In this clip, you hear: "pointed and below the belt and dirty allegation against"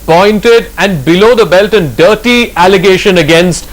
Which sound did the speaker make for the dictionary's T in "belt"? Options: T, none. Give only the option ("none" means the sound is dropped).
T